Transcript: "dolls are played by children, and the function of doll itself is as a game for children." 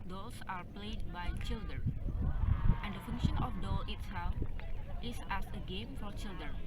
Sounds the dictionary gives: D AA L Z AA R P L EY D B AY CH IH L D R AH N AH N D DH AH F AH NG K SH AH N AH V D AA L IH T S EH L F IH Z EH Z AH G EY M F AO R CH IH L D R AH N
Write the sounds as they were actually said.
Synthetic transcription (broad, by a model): D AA L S AA R P L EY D B AY CH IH L D R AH N AH N D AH F AH NG K SH AH N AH F D AA L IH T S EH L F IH S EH S AH G EY M F AO R CH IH L D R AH N